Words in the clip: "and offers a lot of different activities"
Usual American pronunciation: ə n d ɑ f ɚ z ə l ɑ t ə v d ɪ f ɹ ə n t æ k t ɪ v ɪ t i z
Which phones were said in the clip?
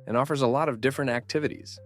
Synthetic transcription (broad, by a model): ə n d ɑ f ɚ z ə l ɑ t ə v d ɪ f ɹ ə n t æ k t ɪ v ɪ t i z